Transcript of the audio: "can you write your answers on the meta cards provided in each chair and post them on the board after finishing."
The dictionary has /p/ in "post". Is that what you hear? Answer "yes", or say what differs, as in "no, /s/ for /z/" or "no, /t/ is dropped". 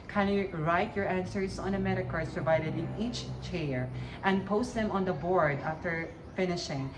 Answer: yes